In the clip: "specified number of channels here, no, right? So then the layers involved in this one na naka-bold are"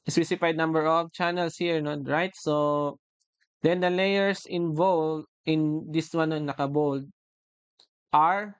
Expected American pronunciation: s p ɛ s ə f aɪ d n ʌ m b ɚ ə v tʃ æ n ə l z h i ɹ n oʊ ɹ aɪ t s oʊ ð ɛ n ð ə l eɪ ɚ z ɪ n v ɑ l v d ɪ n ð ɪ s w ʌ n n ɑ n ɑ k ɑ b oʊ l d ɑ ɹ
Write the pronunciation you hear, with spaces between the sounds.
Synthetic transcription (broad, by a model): s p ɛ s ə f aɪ d n ʌ m b ɚ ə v tʃ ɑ n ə l s h i ɹ n oʊ ɹ aɪ t s oʊ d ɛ n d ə l eɪ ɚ s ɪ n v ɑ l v ɪ n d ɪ s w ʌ n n n ɑ k ɑ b oʊ l d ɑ ɹ